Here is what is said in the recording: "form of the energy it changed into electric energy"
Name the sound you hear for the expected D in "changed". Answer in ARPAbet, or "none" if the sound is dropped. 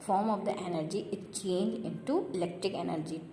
none